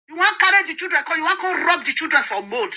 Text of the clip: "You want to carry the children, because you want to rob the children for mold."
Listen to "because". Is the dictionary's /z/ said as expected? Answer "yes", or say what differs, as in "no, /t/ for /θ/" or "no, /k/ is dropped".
no, /z/ is dropped